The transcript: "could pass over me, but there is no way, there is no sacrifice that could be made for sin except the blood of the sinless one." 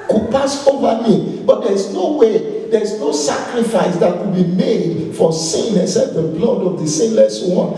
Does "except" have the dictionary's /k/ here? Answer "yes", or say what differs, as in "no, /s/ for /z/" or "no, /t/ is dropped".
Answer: no, /k/ is dropped